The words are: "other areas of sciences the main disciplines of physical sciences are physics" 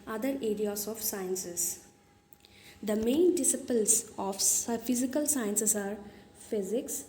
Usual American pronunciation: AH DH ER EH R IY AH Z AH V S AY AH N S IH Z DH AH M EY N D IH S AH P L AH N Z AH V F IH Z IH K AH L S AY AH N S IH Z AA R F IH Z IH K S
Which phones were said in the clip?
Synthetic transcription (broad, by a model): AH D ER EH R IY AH S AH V S AY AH N S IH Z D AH M EY N D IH S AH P AH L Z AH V F IH Z IH K AH L S AY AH N S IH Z AA R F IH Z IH K S